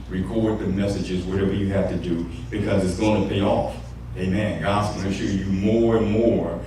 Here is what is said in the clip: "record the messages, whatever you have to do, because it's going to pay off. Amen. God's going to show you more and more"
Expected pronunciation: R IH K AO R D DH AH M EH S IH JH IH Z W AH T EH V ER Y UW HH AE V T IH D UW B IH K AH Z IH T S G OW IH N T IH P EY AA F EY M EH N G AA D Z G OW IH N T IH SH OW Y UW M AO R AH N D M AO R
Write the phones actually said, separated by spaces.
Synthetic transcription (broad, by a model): R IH K AO R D DH AH M EH S IH JH IH Z W AH T EH V ER Y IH HH AE F T IH D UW B IH K AH Z IH T S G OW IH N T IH P EY AA F EY M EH N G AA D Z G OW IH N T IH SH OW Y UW M AO R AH N M AO R